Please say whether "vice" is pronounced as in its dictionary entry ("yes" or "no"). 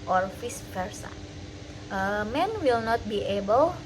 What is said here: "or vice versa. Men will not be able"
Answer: no